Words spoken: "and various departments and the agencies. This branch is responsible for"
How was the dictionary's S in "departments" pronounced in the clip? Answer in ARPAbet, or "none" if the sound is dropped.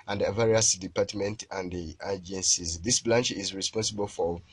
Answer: none